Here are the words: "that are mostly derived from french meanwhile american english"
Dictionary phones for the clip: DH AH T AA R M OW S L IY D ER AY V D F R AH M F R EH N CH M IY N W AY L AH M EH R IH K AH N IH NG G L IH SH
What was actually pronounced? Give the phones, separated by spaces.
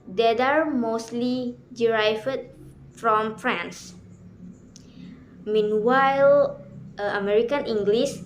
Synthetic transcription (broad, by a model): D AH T AA R M OW S L IY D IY AY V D F R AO M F R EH N S M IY N W AY L AH M EH R IH K AH N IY NG G L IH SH